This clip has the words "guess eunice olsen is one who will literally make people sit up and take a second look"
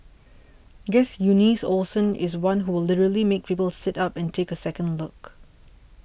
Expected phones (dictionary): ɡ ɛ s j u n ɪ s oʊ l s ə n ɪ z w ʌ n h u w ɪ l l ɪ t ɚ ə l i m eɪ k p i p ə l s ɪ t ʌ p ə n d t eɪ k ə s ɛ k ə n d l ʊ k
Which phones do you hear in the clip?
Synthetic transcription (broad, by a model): ɡ ɛ s j u n ɪ s oʊ l s ə n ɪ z w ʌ n h u w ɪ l l ɪ t ɚ ə l i m eɪ k p i p ə l s ɪ t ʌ p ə n t eɪ k ə s ɛ k ə n d l ʊ k